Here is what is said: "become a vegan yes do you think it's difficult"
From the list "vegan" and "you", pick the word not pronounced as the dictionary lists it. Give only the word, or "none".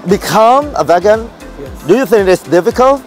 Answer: none